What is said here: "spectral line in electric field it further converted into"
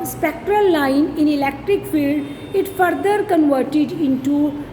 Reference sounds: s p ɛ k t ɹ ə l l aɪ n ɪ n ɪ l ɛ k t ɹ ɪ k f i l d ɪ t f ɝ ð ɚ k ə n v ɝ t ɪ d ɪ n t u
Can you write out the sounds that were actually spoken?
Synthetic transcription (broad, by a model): s p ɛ k t ɹ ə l l aɪ n ɪ n ɪ l ɛ k t ɹ ɪ k f i l d ɪ t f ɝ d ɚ k ə n v ɝ t ɪ d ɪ n t u